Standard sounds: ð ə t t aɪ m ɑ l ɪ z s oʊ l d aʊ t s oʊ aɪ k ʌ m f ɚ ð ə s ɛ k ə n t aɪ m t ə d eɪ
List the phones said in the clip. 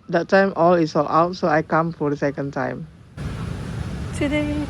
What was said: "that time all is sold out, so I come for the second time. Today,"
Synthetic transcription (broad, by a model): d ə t t aɪ m ɑ l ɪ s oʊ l aʊ t s oʊ aɪ k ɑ m f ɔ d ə s ɛ k ə n t aɪ m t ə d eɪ